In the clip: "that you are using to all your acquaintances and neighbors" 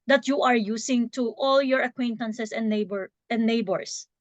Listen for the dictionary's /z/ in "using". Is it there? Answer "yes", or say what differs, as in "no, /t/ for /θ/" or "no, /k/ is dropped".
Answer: no, /s/ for /z/